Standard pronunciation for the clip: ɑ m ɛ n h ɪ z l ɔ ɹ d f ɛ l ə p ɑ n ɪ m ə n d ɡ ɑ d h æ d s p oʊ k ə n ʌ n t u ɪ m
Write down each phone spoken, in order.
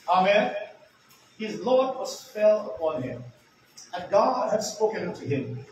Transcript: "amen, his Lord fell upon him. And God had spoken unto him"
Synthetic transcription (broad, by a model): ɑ m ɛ n h ɪ z l ɔ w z f ɛ l ə p ɑ n ɪ m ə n ɡ ɑ d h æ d s p oʊ k ə n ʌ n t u ɪ m